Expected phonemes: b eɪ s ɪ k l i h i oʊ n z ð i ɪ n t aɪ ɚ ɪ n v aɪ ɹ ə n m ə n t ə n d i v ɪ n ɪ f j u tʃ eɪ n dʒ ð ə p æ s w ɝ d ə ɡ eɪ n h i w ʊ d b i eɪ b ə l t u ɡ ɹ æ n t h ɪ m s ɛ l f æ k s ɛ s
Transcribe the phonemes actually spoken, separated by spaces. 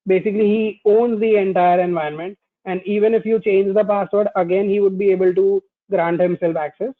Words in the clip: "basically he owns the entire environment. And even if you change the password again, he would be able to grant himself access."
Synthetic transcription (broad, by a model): b eɪ s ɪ k l i h i oʊ n z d i ɪ n t aɪ ɚ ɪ n v aɪ ə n m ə n t ə n d i v ɪ n ɪ f j u tʃ eɪ n dʒ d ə p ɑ s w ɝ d ə ɡ eɪ n h i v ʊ d b i eɪ b ə l t u ɡ ɹ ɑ n t h ɪ m s ɛ l f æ k s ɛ s